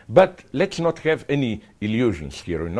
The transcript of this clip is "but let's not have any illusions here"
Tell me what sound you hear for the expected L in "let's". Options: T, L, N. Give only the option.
L